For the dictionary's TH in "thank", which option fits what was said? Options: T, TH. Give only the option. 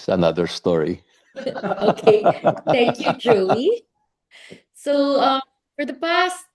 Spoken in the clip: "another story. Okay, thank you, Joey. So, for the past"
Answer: TH